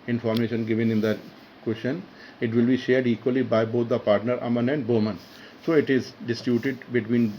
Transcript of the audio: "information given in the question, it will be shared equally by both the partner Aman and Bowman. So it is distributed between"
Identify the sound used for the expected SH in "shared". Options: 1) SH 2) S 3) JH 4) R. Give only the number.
1